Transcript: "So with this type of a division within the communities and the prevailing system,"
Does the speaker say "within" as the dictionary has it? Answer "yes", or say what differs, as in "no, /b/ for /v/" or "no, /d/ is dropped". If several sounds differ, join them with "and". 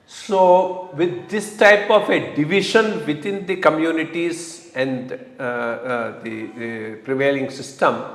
no, /t/ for /θ/